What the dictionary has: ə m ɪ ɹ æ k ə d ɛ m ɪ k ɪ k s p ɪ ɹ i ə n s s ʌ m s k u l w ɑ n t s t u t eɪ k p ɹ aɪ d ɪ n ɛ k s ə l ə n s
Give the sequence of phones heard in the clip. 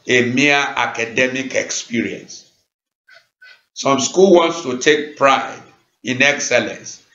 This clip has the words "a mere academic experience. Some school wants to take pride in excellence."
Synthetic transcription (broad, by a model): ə m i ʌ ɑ k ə d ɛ m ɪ k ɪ k s p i ɹ i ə n s s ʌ m s k u l w ɑ n t s t u t eɪ k p ɹ aɪ d ɪ n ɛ k s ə l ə n s